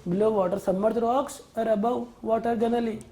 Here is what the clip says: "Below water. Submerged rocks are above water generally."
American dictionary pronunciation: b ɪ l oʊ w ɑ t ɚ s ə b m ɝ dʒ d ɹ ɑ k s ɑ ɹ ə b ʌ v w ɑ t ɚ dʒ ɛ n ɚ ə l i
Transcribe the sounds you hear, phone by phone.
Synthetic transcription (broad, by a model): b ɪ l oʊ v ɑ t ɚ s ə m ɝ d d ɹ ɑ k s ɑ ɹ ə b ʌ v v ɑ t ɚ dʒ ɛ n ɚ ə l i